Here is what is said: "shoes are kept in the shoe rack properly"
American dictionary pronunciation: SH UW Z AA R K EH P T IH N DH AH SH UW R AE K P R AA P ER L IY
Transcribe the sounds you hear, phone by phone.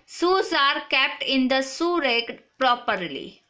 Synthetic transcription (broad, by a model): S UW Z AA R K EH P T IH N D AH S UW R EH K P R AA P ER L IY